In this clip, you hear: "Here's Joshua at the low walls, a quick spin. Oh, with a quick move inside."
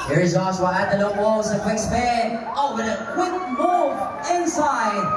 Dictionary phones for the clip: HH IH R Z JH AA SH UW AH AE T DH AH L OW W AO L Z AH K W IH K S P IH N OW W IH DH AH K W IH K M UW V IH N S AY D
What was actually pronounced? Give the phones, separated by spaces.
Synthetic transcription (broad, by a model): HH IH R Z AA S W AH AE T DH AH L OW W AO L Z AH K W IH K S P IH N OW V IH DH AH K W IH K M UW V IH N S AY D